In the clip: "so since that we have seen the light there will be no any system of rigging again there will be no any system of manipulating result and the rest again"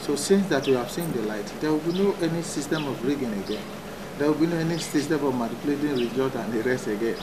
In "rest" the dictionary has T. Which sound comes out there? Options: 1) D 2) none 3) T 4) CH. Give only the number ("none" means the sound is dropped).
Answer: 2